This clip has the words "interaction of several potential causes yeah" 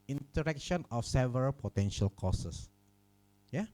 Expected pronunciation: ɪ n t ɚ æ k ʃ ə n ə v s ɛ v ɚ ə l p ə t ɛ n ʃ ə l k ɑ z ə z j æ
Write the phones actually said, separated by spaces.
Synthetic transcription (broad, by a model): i n t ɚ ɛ k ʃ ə n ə f s ɛ v ɚ ə l p ə t ɛ n ʃ ə l k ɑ s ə s j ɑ